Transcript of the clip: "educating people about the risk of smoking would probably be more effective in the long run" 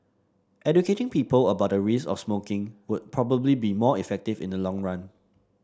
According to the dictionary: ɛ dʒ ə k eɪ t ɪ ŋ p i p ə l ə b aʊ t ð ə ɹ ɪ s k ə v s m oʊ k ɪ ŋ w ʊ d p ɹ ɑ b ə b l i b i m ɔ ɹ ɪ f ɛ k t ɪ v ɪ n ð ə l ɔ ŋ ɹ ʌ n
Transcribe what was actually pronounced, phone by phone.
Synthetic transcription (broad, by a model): ɛ dʒ ə k eɪ t ɪ ŋ p i p ə l ə b aʊ t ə ɹ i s ə f s m oʊ k ɪ ŋ w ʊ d p ɹ ɑ b ə b l i b i m ɔ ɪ f ɛ k t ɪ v ɪ n ə l ɔ ŋ ɹ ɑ n